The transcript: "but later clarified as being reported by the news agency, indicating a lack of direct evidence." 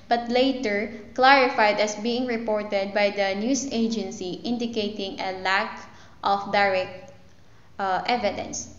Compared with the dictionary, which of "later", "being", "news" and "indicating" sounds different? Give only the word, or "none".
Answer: news